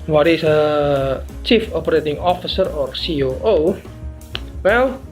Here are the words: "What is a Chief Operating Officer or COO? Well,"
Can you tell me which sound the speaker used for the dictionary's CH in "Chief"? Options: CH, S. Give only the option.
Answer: CH